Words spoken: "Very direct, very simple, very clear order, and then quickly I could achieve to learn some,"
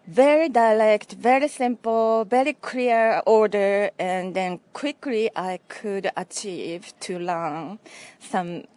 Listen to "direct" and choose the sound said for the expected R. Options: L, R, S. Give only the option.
L